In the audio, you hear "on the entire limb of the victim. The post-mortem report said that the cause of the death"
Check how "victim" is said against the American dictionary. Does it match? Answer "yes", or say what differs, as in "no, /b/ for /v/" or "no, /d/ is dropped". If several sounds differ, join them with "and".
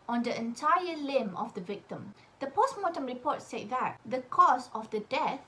yes